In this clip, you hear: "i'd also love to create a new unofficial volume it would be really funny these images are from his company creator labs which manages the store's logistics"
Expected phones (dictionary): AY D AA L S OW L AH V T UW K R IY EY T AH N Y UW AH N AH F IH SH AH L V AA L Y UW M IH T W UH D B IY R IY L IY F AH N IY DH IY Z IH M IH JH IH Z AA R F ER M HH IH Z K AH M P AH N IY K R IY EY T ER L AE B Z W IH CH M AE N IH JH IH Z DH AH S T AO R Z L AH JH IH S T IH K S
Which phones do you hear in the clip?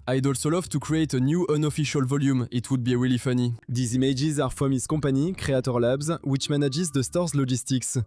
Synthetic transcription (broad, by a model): AY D AA L S OW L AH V T UW K R IY EY T AH N Y UW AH N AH F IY SH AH L V AA L Y UW M IH T W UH D B IY W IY L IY F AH N IY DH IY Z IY M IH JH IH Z AA R F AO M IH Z K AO P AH N IY K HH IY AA T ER L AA B Z W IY CH M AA N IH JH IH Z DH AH S T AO R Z L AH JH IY S T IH K S